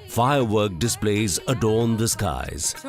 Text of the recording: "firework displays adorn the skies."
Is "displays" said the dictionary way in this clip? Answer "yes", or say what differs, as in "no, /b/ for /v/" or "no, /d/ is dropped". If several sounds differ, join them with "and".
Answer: yes